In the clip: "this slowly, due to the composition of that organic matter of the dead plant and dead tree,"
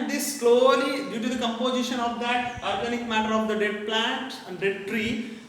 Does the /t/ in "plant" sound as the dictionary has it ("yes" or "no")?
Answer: yes